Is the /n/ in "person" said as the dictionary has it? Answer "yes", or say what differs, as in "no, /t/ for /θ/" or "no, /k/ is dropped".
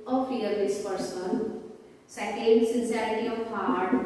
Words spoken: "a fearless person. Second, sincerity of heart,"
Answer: no, /l/ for /n/